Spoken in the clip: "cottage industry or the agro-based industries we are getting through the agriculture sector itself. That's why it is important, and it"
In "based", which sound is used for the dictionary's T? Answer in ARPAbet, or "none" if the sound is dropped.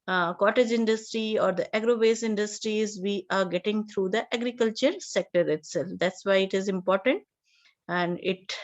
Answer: none